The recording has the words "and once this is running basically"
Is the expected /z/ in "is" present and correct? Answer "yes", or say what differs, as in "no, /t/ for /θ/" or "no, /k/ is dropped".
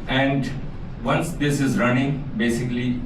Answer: yes